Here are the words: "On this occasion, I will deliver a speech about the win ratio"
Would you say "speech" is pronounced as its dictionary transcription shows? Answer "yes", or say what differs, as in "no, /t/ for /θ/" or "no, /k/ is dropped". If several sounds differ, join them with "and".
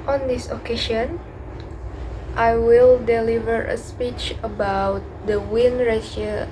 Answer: yes